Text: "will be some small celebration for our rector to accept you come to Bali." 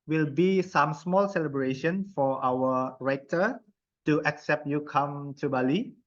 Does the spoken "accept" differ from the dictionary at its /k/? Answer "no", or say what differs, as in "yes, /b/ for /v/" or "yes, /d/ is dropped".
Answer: no